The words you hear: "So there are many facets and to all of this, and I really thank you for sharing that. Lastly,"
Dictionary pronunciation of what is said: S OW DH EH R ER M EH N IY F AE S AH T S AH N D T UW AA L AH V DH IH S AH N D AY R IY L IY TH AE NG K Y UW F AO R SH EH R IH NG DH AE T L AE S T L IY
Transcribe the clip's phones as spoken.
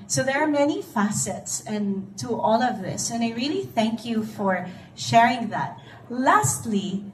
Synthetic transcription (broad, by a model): S OW DH EH R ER M EH N IY F AE S AH T S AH N T UW AA L AH V DH IH S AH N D AY R IY L IY TH AE NG K Y UW F AO R SH EH R IH NG DH AE T L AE S T L IY